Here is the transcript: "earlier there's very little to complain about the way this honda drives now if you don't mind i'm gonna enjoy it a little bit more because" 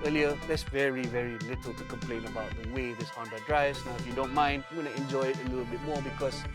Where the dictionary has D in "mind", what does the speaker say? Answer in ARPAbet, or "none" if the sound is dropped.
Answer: D